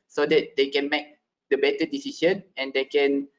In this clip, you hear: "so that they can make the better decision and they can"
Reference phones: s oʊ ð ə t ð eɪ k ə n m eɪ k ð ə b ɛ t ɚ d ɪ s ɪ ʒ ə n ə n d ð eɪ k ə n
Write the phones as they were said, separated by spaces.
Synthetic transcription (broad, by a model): s oʊ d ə t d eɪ k ə n m eɪ k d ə b ɛ t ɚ d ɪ s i ʃ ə n ə n d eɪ k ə n